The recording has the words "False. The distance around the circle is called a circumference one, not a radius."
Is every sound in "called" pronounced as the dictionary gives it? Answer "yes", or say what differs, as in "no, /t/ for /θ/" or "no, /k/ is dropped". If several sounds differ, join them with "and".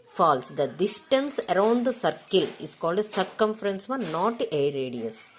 yes